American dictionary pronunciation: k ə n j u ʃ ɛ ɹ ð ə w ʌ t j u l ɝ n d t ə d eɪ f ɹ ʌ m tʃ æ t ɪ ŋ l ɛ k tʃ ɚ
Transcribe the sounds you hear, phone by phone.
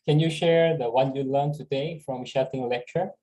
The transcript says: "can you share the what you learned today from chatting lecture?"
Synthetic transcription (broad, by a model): k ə n j u ʃ ɛ ɹ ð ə w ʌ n j u l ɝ n t ə d eɪ f ɹ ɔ m ʃ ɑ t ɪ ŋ l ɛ k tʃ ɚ